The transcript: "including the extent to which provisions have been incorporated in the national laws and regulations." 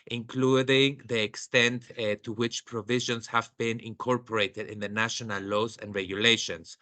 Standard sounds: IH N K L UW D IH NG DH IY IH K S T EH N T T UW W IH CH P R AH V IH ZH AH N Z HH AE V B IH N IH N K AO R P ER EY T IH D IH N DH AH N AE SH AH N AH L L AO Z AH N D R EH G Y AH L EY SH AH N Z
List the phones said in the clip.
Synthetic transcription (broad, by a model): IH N K L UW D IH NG DH IY IH K S T EH N T T UW W IH CH P R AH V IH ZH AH N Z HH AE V B IH N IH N K AO R P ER EY T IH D IH N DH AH N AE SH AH N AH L L AO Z AH N D R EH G Y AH L EY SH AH N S